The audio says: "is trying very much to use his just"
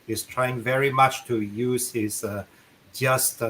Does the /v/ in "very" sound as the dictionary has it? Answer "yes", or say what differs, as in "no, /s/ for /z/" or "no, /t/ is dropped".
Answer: yes